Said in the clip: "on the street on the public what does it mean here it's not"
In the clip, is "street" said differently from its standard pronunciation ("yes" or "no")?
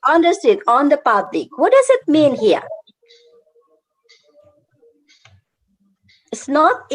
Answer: yes